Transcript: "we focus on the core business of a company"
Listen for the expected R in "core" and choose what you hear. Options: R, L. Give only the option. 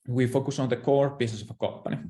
R